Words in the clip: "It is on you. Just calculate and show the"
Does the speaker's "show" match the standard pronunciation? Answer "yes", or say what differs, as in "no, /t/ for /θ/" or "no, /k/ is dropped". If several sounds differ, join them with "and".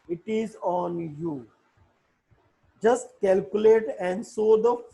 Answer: no, /s/ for /ʃ/